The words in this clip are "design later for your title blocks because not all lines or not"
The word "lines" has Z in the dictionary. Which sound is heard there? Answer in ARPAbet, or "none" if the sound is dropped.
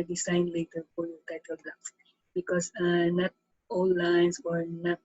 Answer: S